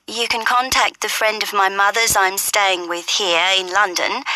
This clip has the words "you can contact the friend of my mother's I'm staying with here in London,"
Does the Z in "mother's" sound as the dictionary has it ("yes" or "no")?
yes